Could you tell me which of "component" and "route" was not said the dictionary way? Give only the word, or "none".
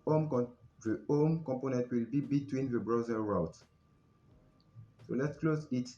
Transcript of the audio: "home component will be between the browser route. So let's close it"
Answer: none